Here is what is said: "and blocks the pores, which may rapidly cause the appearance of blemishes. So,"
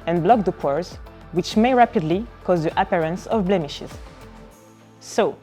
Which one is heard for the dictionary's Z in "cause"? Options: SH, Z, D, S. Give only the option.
Z